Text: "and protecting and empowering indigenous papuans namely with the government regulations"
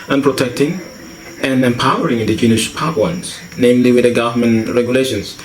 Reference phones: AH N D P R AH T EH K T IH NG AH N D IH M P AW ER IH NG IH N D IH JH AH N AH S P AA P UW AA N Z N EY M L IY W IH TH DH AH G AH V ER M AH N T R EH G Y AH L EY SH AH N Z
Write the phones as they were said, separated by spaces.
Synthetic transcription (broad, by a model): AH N P R AH T EH K T IH NG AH N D IH M P AW ER IH NG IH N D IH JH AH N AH SH P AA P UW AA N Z N EY M L IY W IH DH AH G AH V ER M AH N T R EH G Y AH L EY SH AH N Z